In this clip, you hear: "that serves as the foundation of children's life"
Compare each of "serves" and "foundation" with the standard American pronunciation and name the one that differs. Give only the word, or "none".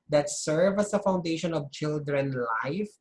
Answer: serves